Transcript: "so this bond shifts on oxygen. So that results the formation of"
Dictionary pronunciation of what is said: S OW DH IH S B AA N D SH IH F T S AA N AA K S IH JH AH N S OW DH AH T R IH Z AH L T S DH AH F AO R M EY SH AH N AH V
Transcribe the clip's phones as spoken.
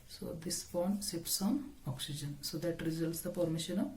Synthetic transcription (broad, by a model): S OW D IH S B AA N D S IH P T S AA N AA K S IH JH AH N S OW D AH T R IH Z AH L T S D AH P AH R M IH SH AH N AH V